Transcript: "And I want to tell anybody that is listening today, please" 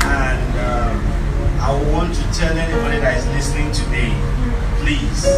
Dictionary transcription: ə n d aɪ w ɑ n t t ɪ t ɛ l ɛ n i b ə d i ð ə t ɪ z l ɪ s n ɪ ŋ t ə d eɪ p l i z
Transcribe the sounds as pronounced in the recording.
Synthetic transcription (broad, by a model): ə n d aɪ w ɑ n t t ɪ t ɛ l ɛ n i b ə d i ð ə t ɪ z l ɪ s n ɪ ŋ t ə d eɪ p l i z